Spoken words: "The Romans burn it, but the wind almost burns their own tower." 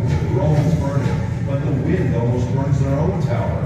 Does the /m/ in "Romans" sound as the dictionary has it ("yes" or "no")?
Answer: no